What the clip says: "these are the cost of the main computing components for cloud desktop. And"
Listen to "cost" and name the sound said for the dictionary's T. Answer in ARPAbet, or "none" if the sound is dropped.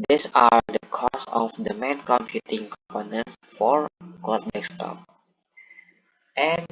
none